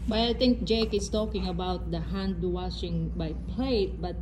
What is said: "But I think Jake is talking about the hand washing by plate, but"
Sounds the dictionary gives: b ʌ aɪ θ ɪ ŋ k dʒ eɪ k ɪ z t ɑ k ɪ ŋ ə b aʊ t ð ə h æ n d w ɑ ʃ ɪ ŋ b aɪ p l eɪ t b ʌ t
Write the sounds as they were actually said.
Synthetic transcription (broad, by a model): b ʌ aɪ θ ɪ ŋ k dʒ eɪ k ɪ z t ɑ k ɪ ŋ ə b aʊ t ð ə h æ n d w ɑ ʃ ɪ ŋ b aɪ p l eɪ t b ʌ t